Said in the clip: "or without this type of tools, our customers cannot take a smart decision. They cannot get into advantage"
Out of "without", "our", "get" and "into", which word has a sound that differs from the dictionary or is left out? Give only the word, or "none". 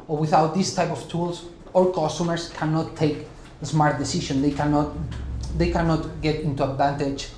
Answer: our